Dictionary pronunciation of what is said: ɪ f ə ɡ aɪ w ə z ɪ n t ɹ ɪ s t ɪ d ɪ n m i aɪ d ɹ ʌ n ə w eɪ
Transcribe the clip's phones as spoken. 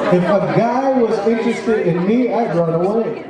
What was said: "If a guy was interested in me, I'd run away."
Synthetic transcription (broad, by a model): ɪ f ə ɡ aɪ w ə z ɪ n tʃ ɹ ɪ s t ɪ d ɪ n m i aɪ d ɹ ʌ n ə w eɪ